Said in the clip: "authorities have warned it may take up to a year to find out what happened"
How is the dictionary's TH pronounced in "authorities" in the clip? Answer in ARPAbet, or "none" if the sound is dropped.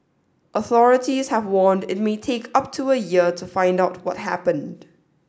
TH